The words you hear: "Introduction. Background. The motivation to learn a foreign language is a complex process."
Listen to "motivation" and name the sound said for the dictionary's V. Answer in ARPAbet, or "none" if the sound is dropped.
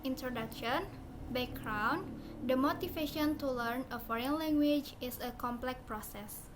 F